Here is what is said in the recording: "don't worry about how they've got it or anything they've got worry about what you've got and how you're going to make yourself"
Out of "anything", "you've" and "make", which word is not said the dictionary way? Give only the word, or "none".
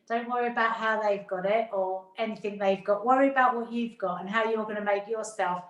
none